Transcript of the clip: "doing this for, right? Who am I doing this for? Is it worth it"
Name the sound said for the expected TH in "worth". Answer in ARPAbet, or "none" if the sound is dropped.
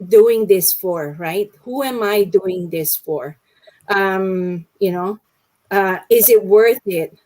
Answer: TH